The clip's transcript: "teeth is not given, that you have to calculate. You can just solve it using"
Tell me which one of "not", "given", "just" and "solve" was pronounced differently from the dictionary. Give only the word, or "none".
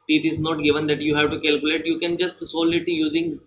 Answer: solve